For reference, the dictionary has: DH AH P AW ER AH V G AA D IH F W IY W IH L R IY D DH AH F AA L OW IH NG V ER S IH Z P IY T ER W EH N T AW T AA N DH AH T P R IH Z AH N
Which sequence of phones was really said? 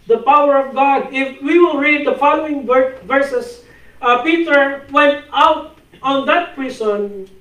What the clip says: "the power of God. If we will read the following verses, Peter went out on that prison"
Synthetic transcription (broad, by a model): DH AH P AW ER AH V G AA D IH F W IY W IH L R IY D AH F AA L OW IH NG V ER S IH S P IY T ER W EH N T AW T AA N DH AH T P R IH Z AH N